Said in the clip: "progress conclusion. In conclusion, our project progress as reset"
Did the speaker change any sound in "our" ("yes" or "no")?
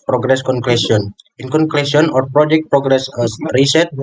no